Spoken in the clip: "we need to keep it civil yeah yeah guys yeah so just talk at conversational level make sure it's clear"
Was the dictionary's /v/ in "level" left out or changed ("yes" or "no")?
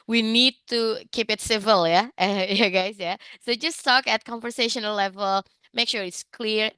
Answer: no